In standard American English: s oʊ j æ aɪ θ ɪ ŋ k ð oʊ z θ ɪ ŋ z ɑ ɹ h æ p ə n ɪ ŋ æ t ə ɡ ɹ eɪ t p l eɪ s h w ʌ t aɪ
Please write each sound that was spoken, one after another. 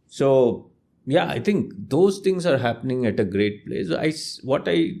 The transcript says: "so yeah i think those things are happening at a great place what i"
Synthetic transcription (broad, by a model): s oʊ j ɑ aɪ t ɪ ŋ k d oʊ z t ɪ ŋ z ɑ ɹ h æ p ə n ɪ ŋ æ t ə ɡ ɹ eɪ t p l eɪ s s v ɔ t aɪ